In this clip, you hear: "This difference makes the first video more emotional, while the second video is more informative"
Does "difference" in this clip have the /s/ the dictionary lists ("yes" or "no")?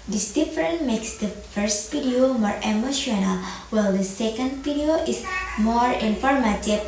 no